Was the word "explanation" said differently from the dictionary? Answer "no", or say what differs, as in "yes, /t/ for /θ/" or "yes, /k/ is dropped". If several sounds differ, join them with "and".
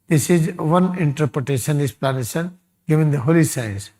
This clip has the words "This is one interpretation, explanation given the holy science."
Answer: yes, /k/ is dropped